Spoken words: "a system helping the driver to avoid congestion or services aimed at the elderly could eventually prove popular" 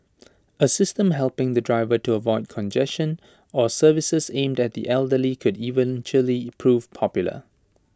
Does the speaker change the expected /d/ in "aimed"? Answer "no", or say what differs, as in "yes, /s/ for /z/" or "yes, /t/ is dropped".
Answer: no